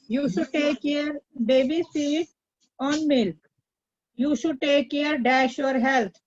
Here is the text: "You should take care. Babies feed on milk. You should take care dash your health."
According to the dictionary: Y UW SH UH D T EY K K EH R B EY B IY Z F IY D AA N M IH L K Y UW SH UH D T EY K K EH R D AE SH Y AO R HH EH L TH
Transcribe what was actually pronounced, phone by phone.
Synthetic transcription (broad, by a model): Y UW SH UH D T EY K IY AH R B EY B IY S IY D AA N M IH L K Y UW SH UH D T EY K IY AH R D AE SH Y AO R HH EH L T